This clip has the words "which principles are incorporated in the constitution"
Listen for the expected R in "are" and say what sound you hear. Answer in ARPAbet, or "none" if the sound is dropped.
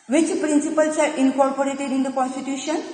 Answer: R